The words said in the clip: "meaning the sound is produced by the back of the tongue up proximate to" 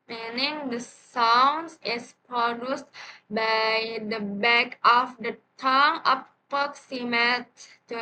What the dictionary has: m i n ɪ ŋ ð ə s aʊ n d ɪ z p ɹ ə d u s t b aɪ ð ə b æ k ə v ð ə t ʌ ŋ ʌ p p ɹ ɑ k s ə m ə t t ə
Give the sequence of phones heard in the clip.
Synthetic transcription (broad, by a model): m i n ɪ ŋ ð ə s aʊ n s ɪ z p ɹ ə d u s t b aɪ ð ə b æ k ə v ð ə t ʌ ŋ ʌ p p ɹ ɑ k s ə m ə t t